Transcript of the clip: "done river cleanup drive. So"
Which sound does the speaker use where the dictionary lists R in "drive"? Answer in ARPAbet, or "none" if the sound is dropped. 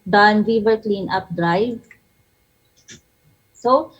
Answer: R